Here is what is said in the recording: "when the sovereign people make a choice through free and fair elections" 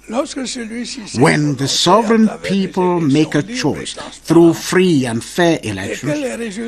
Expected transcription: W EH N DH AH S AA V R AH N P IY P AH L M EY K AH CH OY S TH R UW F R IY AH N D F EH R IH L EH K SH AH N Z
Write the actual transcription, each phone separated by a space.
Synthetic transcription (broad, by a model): W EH N DH AH S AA V R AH N P IY P AH L M EY K AH CH OY S TH R UW F R IY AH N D F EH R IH L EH K SH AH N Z